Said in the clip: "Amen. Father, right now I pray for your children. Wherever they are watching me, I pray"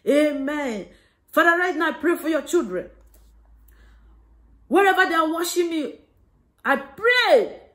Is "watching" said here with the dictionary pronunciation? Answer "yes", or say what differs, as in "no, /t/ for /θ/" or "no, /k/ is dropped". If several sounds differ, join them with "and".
no, /ʃ/ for /tʃ/